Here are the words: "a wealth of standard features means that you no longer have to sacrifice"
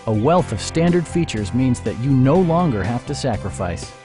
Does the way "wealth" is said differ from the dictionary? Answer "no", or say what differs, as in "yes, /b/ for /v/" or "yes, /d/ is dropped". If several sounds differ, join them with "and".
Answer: no